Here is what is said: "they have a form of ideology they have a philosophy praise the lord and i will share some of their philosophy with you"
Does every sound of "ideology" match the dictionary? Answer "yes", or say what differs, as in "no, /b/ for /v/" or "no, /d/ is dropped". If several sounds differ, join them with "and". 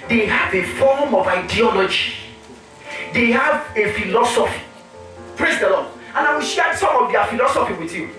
yes